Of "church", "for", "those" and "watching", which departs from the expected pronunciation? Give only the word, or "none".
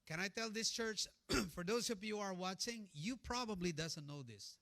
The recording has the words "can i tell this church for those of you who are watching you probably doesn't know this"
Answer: those